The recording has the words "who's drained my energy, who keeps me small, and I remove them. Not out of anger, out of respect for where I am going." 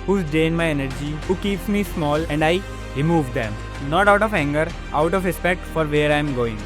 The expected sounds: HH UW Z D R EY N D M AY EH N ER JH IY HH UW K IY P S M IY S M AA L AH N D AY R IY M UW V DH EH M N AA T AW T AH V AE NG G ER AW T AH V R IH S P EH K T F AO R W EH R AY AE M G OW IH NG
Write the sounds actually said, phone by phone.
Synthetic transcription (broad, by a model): HH UW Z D EY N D M AY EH N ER JH IY HH UW K IY P S M IY S M AA L AH N D AY R IY M UW V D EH M N AA T AW T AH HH AE NG G ER AW T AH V R IH S P EH K T F AO R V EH R AY M G OW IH NG